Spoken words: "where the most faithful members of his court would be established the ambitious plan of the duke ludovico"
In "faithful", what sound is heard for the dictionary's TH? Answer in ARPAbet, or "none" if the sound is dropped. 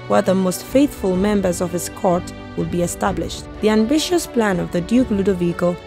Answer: TH